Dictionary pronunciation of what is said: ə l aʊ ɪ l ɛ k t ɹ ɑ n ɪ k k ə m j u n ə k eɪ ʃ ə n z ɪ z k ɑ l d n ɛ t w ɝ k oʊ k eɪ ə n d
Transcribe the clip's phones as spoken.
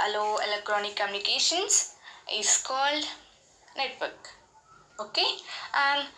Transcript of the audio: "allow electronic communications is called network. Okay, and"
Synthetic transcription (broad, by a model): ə l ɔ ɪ l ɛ k t ɹ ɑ n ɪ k k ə m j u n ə k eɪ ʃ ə n s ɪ s k ɑ l d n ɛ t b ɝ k oʊ k eɪ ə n d